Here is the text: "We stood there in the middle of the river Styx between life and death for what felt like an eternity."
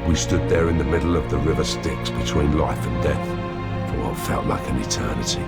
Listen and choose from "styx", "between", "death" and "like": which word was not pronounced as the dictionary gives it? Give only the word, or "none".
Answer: none